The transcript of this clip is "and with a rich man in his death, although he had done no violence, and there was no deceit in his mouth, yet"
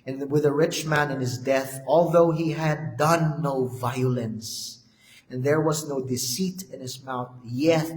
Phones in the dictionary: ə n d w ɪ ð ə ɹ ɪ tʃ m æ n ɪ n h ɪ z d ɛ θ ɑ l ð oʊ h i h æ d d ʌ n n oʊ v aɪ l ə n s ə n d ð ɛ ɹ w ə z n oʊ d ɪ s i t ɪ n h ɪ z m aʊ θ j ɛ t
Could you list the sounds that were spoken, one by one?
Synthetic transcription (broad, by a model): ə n w ɪ ð ə ɹ ɪ tʃ m æ n ɪ n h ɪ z d ɛ θ ɑ l ð oʊ h i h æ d d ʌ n n oʊ v aɪ l ə n s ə n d ð ɛ ɹ w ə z n oʊ d ɪ s i t ɪ n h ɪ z m aʊ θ j ɛ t